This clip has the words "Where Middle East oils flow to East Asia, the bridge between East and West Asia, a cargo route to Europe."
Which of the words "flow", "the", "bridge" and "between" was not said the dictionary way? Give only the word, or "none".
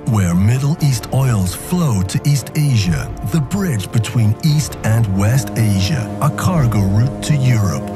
none